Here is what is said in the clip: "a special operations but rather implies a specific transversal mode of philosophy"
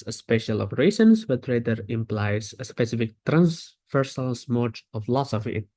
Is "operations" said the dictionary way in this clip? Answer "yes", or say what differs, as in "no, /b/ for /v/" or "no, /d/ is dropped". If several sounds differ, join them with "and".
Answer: no, /s/ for /ʃ/